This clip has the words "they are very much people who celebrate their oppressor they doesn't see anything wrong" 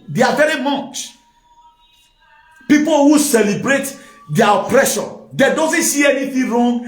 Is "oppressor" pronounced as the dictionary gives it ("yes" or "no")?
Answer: no